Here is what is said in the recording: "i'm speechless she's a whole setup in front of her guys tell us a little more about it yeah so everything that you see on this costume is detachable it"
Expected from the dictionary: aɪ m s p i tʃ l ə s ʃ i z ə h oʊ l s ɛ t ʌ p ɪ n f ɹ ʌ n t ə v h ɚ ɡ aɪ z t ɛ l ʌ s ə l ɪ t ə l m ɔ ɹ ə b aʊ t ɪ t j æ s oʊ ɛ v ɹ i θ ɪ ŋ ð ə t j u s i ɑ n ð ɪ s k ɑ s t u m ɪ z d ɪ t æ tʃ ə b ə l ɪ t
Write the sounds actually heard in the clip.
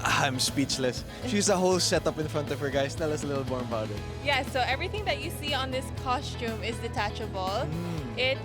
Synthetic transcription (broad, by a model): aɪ m s p i tʃ l ə s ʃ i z ə h oʊ l s ɛ t ʌ p ɪ n f ɹ ʌ n t ə v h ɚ ɡ aɪ s t ɛ l ʌ s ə l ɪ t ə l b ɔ ɹ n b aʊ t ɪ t j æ s oʊ ɛ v ɹ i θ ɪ ŋ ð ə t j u s i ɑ n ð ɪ s k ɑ s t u m ɪ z d ɪ t æ tʃ ə b ə l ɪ t